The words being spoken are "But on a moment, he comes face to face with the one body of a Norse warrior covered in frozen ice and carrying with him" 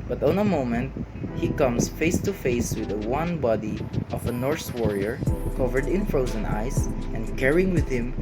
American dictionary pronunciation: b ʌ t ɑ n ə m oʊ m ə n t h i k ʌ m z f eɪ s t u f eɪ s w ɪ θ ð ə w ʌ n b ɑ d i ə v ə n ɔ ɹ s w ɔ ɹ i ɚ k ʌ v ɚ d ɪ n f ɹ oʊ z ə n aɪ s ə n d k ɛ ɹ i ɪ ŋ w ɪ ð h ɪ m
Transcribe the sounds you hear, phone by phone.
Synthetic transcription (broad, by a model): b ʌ t ɑ n ə m oʊ m ə n t h i k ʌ m s f eɪ s t u f eɪ s w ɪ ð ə w ʌ n b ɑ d i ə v ə n ɔ ɹ s w ɔ ɹ i ɚ k ʌ v ɚ d ɪ n f ɹ oʊ z ə n aɪ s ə n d k ɛ ɹ i ɪ ŋ w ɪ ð h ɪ m